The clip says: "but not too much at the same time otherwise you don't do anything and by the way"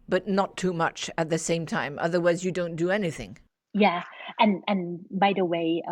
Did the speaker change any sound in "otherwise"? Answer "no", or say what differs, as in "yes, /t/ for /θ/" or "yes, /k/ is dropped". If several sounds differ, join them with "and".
no